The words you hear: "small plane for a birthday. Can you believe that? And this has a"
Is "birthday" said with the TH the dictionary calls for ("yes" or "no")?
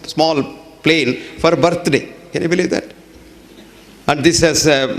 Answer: no